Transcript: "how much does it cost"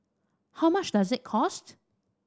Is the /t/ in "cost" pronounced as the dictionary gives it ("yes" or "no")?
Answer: yes